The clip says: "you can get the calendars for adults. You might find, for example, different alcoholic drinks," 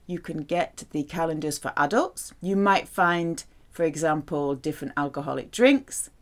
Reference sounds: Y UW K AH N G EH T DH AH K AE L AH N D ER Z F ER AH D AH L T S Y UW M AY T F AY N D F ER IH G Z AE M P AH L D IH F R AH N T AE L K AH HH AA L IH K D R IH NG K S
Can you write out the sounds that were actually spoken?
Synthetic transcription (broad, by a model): Y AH K AH N G EH T DH AH K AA L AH N D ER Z F ER AH D AH L T S Y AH M AY T F AY N D F ER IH G Z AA M P AH L D IH F R AH N T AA L K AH HH AA L IH K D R IH NG K S